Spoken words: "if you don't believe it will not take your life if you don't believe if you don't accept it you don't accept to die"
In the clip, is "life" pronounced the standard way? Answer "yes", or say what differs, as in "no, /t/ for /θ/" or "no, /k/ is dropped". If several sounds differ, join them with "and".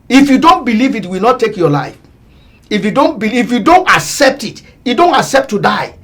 yes